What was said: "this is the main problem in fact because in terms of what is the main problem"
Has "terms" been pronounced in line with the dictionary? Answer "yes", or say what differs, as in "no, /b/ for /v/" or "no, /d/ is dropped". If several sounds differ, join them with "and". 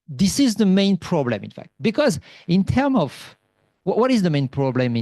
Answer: no, /z/ is dropped